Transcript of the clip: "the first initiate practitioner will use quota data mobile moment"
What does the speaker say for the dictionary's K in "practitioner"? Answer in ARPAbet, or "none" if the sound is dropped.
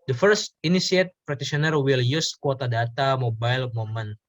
none